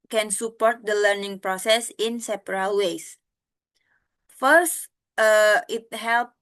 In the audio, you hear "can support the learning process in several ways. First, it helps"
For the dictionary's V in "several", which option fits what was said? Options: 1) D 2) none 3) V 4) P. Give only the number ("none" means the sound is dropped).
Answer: 4